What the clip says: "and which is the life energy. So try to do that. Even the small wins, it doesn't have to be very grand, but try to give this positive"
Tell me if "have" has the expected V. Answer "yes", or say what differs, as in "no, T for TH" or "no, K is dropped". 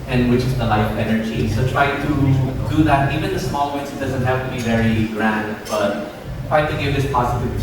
no, P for V